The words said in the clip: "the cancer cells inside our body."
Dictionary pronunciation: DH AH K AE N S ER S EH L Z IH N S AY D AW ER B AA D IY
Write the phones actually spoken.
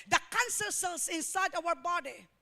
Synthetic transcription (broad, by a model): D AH K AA N S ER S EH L S IH N S AY D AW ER B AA D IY